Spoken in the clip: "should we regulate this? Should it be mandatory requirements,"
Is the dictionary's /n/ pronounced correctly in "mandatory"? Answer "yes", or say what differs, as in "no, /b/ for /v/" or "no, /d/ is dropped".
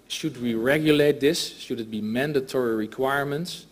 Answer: yes